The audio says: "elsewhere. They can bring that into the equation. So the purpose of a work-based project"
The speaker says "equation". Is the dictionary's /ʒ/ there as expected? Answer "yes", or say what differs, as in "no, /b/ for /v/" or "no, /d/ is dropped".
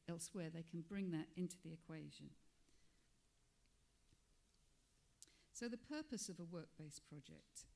yes